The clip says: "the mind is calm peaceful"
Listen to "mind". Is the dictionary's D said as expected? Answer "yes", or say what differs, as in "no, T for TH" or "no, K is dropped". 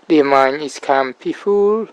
no, D is dropped